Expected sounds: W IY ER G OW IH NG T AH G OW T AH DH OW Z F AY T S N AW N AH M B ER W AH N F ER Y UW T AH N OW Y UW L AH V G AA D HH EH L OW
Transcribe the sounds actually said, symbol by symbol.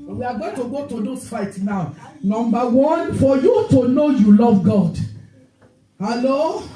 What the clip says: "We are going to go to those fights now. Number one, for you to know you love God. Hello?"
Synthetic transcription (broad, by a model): W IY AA G OW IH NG T AH G OW T AH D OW S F AY T N AW N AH M B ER W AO N F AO Y UW T AH N OW Y UW L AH V G AA D HH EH L OW